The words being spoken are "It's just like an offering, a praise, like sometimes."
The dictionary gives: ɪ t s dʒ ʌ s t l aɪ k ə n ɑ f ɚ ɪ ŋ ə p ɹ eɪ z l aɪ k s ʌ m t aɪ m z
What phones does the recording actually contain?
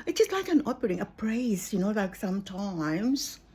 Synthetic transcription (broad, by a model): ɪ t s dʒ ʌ s t l aɪ k ə n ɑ p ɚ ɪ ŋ ə p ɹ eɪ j l aɪ k s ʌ m t aɪ m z